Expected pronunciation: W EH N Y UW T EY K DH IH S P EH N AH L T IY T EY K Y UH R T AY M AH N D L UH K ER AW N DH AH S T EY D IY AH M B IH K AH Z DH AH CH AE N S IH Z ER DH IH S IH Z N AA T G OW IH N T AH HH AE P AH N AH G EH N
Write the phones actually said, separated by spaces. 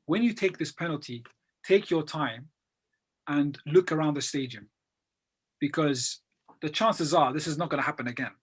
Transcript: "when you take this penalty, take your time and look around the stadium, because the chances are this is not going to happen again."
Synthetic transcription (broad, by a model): W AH N Y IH T EY K DH IH S P EH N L T IY T EY K Y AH R T AY M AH N L UH K ER AW N DH AH S T EY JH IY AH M B IH K AH Z DH AH CH AE N S IH Z ER DH IH S IH Z N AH T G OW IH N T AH HH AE P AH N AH G EH N